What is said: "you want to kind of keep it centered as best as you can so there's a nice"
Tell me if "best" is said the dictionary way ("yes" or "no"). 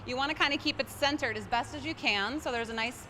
yes